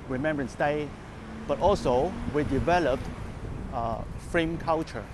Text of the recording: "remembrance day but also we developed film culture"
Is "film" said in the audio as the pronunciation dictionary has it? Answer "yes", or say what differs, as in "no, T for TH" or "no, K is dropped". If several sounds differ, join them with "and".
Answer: no, L is dropped